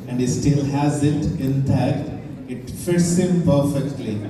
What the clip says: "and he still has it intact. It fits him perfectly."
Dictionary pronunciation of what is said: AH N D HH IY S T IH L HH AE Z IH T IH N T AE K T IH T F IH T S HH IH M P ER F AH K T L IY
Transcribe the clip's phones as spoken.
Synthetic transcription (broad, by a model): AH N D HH IY S T IH L HH AE Z IH T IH N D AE T IH T F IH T S HH IH M P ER F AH K T L IY